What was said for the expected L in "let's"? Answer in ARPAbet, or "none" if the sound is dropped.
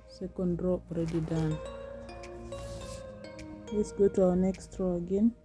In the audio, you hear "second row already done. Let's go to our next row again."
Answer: W